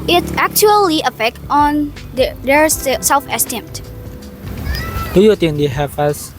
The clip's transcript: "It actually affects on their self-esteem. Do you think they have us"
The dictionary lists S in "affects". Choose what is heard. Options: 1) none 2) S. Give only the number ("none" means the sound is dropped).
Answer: 1